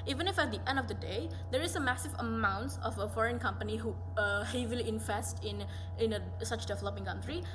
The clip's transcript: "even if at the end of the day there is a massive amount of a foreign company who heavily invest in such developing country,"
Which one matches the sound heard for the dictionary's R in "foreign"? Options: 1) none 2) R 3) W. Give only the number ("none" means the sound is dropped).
2